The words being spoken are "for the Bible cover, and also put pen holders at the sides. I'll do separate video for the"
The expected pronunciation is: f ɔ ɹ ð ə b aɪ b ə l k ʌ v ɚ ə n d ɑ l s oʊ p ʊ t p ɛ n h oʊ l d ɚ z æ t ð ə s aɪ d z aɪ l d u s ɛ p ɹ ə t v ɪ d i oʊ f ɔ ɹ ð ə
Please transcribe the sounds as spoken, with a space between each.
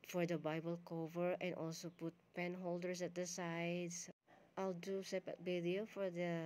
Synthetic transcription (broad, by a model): f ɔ ɹ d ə b aɪ b ə l k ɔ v ɚ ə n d ɑ l s oʊ p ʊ t p ɛ n h oʊ l d ɚ s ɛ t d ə s aɪ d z aɪ l d u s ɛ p ə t b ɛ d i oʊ f ɔ ɹ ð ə